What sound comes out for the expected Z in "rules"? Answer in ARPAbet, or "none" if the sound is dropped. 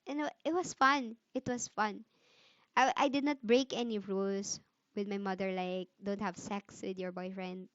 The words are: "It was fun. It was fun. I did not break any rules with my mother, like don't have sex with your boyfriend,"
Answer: S